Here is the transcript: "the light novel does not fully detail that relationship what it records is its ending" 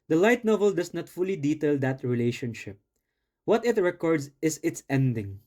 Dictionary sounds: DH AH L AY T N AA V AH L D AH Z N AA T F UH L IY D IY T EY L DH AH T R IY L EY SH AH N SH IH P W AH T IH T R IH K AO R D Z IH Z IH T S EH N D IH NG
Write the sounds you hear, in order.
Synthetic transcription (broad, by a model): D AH L AY T N AA V AH L D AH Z N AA T F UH L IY D IY T EY L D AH T R IY L EY SH AH N SH IH P W AH T IH T R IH K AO R D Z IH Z IH T S EH N D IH NG